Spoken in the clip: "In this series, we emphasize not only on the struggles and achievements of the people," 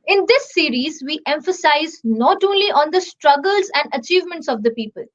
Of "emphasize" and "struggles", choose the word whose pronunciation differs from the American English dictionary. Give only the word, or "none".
none